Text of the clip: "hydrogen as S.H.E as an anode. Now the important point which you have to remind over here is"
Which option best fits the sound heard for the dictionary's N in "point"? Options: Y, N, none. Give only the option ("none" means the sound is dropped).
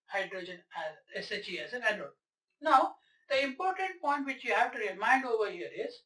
N